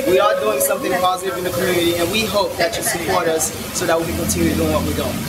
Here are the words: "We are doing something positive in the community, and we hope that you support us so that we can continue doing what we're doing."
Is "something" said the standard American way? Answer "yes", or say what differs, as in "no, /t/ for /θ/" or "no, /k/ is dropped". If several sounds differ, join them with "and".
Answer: yes